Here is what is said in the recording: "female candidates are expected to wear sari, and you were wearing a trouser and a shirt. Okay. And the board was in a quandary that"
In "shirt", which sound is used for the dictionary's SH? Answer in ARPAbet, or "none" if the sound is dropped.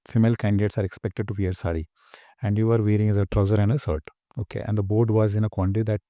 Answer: S